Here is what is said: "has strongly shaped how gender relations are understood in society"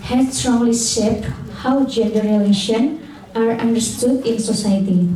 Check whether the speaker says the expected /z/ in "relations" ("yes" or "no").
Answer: no